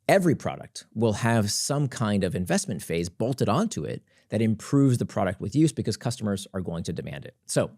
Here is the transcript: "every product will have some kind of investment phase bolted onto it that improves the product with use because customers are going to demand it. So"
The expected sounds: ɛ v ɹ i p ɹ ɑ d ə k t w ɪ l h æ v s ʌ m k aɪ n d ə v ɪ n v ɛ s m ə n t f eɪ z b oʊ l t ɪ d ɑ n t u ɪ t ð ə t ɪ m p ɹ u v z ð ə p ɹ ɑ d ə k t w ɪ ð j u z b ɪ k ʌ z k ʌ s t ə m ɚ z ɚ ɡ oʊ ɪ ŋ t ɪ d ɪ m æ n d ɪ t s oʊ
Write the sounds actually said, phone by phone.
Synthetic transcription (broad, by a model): ɛ v ɹ i p ɹ ɑ d ə k t w ɪ l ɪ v s ʌ m k aɪ n d ə v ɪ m v ɛ s m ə n t f eɪ z b oʊ l t ɪ d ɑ n t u ɪ t ð ə t ɪ m p ɹ u v z ð ə p ɹ ɑ d ə k t w ɪ ð j u z b ɪ k ʌ z k ʌ s t ə m ɚ z ɚ ɡ oʊ ɪ ŋ t ɪ d ɪ m æ n d ɪ t s oʊ